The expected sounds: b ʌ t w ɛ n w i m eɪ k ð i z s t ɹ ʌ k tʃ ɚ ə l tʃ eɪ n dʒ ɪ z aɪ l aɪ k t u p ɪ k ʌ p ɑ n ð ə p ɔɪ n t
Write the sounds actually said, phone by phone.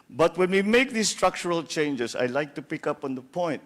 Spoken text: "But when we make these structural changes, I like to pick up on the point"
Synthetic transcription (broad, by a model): b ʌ t w ɛ n w i m eɪ k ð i s t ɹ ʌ k tʃ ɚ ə l tʃ eɪ n dʒ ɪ s aɪ l aɪ k t u p ɪ k ʌ p ɑ n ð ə p ɔɪ n t